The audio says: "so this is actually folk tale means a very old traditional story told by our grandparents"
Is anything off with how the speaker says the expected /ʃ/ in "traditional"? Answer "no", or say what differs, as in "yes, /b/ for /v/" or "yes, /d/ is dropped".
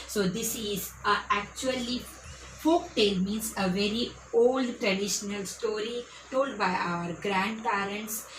no